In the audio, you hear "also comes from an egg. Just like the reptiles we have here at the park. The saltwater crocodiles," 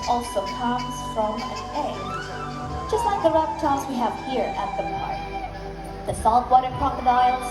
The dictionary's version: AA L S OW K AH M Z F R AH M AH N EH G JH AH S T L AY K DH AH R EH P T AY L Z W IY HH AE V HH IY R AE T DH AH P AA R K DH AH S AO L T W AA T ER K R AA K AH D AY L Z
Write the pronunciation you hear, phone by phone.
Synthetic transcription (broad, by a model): AA L S OW K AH M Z F R AH M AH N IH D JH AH S T L AY K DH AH R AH F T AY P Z W IY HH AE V HH IY R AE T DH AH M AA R DH AH S AO L T W AA T ER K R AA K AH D AY L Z